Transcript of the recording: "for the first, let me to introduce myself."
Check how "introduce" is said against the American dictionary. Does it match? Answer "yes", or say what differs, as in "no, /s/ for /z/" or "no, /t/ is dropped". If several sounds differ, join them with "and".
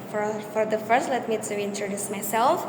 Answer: yes